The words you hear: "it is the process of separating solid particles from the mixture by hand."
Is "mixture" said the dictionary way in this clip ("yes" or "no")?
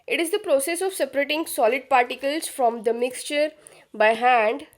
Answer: yes